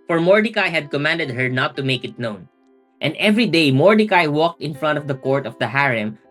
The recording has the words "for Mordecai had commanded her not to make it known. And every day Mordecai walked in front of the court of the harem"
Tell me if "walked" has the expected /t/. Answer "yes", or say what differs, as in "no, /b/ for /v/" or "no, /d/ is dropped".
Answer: yes